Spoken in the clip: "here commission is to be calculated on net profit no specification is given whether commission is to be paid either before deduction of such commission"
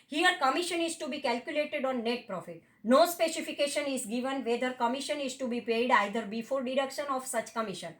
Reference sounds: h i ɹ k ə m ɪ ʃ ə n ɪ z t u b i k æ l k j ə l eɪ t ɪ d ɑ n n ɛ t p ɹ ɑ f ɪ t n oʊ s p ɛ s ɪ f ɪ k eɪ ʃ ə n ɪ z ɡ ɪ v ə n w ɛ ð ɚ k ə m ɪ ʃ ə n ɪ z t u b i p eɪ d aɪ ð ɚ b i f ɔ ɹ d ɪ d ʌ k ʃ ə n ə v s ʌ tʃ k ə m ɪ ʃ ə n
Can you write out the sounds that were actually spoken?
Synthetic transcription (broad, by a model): h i ɹ k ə m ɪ ʃ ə n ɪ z t u b i k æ l k j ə l eɪ t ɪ d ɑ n n ɛ t p ɹ ɑ f ɪ t n oʊ s p ɛ s ɪ f ɪ k eɪ ʃ ə n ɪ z ɡ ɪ v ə n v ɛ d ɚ k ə m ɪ ʃ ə n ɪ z t u b i p eɪ d aɪ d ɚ b i f ɔ ɹ d ɪ d ʌ k ʃ ə n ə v s ʌ tʃ k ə m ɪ ʃ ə n